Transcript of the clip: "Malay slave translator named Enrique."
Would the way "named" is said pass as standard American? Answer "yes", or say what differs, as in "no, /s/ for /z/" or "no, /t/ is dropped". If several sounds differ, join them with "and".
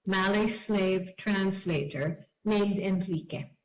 yes